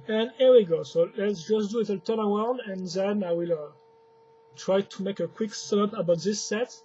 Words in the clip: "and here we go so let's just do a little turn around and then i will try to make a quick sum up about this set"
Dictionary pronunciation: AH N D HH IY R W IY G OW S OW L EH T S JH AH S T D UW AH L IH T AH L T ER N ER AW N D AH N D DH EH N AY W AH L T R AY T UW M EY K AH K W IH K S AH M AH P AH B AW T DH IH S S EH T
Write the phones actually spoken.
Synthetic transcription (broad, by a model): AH N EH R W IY G OW S OW L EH T S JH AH S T D UW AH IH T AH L T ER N ER AW N D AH N DH EH N AY W AH L T R AY T UW M EY K AH K W IH K S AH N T AH B AW T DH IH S S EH T